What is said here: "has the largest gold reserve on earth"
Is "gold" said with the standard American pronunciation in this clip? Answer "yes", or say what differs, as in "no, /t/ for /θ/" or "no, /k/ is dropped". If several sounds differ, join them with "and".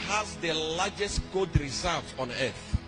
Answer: no, /l/ is dropped